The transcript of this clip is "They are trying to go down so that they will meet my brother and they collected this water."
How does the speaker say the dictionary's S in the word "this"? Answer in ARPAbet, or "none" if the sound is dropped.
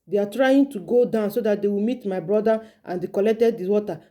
none